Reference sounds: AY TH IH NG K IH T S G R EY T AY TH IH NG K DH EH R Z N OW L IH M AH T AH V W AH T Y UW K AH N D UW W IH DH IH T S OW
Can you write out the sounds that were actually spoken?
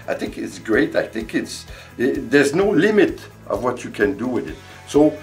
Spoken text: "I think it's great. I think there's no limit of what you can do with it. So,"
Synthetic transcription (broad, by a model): AY TH IH NG K IH T S G R EY T AY TH IH NG K DH EH R Z N OW L IH M AH T AH V W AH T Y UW K AH N D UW W IH DH IH T S OW